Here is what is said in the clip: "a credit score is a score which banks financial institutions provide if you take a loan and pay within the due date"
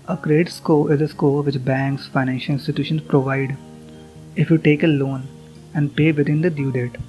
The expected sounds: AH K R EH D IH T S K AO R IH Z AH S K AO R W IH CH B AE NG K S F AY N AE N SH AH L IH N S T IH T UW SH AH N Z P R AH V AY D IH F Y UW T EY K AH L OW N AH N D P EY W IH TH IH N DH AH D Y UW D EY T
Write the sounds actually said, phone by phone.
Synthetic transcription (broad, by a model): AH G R D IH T S K AO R IH Z AH S K AO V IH CH B AE NG K S F AY N AE N SH AH L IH N S T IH T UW SH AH N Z P R AH V AY D IH F Y UW T EY K AH L OW N AH N D P EY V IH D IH N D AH D Y UW D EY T